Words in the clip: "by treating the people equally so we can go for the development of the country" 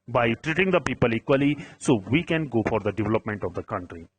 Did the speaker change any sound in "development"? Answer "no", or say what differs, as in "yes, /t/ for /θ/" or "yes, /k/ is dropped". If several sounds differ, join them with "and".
no